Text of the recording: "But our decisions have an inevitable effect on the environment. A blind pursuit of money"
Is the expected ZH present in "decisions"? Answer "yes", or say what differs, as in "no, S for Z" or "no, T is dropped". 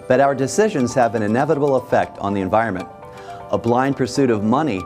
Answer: yes